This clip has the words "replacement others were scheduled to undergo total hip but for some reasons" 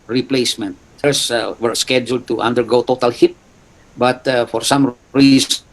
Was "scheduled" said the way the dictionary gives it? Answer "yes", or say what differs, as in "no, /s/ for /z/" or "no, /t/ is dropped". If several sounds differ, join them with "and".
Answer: yes